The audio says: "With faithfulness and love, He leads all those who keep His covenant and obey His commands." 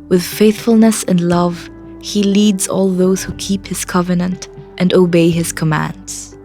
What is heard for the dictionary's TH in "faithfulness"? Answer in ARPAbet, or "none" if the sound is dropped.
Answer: TH